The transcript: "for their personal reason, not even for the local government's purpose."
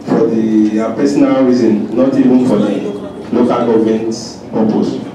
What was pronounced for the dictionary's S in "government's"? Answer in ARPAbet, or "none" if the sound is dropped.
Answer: none